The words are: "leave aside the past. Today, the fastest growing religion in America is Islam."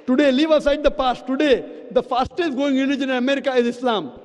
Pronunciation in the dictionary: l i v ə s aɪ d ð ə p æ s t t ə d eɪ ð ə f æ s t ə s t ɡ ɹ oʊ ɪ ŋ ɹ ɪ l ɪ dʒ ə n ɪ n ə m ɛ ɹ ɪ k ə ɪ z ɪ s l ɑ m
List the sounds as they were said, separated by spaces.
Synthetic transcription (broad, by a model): l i v ə s aɪ d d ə p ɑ s t t ə d eɪ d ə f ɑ s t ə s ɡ oʊ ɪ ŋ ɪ n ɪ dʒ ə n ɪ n ə m ɛ ɹ ɪ k ə ɪ z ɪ s l ɑ m